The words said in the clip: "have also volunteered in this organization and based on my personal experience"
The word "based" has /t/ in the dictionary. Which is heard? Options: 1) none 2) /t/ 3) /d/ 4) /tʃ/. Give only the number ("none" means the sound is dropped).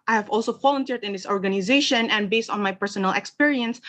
2